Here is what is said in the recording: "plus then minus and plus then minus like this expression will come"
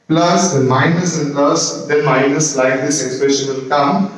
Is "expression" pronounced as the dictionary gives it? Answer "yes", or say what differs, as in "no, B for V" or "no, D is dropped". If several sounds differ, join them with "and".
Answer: yes